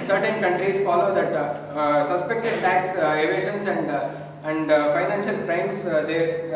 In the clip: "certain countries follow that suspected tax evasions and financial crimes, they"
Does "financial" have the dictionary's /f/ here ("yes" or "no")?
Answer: yes